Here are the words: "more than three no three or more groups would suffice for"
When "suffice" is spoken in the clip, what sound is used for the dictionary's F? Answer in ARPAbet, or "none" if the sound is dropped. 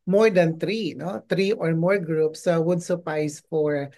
P